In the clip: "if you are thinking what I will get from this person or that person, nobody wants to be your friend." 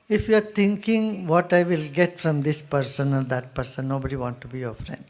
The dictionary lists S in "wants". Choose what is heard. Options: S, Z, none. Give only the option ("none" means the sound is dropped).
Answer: none